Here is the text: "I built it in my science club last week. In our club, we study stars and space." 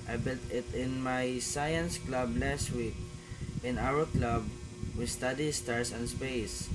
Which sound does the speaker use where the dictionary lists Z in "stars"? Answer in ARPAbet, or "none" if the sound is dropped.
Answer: S